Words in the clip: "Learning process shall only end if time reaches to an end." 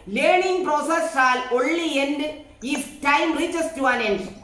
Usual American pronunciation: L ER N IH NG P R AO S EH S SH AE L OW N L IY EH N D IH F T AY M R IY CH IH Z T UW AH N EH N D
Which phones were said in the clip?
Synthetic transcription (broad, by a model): L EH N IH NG P R AO S EH S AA L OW L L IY EH N D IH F T AY M R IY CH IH S T UW AH N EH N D